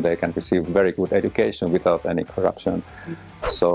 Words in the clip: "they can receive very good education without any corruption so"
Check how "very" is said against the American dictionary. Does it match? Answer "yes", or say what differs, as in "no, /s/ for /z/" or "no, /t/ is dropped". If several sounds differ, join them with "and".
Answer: yes